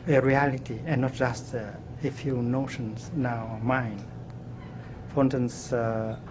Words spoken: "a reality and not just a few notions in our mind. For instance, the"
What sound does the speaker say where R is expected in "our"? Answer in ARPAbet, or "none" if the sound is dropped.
W